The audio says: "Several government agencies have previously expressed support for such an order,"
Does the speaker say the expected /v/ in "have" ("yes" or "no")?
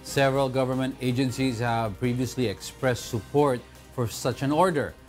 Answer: yes